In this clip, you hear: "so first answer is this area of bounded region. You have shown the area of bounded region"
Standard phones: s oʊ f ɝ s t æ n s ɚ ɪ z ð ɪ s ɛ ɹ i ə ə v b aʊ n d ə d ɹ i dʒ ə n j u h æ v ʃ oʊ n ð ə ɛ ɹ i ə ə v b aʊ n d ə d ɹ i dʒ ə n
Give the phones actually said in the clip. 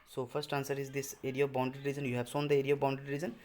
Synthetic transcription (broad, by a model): s oʊ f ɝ s t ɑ n s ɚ ɪ z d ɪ s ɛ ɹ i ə ə v b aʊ n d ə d ɹ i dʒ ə n j u h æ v s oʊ n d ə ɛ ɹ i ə ə v b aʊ n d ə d ɹ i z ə n